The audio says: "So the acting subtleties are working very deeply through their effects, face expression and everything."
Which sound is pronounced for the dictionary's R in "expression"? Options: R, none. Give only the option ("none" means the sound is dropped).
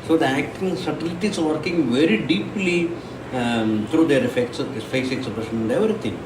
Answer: none